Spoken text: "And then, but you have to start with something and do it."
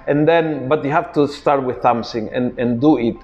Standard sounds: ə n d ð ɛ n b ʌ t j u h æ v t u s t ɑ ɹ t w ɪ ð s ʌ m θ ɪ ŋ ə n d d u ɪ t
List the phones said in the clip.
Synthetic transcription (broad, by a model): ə n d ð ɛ n b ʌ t j u h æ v t u s t ɑ ɹ t w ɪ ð θ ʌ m s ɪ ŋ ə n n d u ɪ t